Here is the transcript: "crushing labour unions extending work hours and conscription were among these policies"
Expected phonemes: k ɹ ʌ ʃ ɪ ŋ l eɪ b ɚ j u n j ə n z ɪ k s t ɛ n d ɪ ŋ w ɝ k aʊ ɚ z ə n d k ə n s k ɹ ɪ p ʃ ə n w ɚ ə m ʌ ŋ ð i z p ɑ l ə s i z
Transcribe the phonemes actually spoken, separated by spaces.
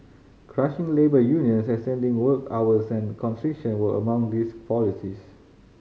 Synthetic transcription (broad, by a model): k ɹ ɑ ʃ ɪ ŋ l eɪ b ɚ j u n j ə n s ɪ s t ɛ n d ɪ ŋ w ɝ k aʊ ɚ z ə n k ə n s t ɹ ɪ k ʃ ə n w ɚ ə m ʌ ŋ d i s p ɑ l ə s i s